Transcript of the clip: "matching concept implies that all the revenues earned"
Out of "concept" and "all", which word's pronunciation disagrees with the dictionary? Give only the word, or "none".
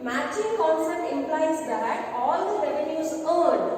concept